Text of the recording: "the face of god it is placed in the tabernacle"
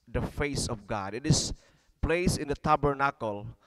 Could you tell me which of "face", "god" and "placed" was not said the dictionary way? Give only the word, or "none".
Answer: placed